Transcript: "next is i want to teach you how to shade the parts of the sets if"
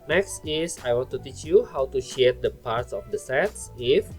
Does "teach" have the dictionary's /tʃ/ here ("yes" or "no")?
yes